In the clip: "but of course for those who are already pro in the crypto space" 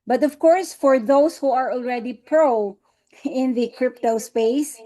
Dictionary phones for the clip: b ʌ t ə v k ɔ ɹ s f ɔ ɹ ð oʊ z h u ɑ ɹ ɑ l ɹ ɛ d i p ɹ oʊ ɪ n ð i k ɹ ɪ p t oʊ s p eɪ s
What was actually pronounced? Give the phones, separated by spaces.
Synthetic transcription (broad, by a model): b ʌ t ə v k ɔ ɹ s f ɔ ɹ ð oʊ s h u ɑ ɹ ɑ l ɹ ɛ d i p ɹ oʊ ɪ n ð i k ɹ ɪ p t oʊ s p eɪ s